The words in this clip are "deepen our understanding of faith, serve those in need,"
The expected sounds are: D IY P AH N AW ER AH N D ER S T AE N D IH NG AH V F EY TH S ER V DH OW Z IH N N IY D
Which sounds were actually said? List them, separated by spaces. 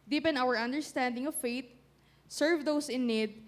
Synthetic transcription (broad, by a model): D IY P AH N AW ER AH N D ER S T AE N D IH NG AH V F EY T S ER V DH OW S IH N N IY D